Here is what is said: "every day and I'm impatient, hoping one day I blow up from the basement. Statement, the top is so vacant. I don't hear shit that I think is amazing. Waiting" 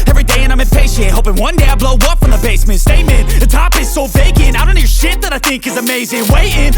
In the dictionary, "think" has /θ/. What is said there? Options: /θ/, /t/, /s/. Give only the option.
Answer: /θ/